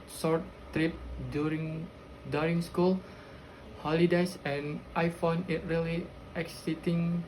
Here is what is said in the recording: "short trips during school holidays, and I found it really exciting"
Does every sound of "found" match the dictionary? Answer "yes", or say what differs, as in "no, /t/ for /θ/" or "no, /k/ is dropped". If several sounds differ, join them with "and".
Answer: no, /d/ is dropped